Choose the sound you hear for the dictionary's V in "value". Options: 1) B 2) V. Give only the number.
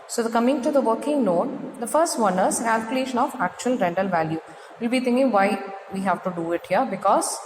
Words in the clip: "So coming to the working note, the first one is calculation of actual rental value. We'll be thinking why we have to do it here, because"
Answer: 2